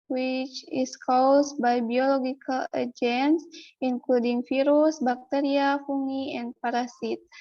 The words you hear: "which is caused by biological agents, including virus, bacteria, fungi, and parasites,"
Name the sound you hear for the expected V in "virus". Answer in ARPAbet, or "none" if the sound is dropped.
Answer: F